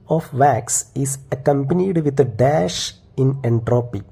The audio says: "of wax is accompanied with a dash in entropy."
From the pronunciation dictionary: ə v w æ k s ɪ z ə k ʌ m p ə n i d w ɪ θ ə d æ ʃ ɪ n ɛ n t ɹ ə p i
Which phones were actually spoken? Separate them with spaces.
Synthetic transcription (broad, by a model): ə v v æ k s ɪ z ə k ʌ m p ə n i d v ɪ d ə d æ ʃ ɪ n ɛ n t ɹ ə p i